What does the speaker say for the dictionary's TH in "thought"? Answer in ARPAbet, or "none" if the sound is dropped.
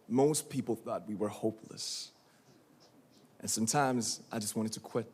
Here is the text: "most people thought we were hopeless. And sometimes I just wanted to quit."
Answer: TH